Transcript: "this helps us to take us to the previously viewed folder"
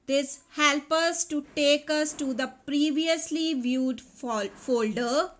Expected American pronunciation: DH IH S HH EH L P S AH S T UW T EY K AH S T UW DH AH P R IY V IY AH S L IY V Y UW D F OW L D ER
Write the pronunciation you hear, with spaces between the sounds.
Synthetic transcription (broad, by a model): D IH S HH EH L P AH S T UW T EY K AH S T UW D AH P R IY V IY AH S L IY V Y UW D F OW L D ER